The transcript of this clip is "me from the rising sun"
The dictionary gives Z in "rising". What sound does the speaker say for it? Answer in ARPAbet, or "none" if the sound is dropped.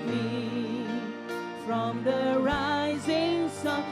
Z